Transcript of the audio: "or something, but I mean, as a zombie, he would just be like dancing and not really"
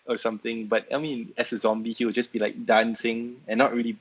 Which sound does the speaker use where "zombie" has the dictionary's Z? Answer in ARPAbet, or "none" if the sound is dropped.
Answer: Z